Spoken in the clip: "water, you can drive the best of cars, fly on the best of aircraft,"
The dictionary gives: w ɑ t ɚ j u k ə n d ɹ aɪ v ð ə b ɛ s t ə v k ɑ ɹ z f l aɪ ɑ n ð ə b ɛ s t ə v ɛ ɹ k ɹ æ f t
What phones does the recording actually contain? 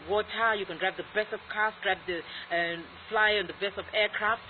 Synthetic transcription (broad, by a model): w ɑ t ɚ j u k ə n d ɹ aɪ p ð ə b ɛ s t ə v k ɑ ɹ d f l aɪ ɑ n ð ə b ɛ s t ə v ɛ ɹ k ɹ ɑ f t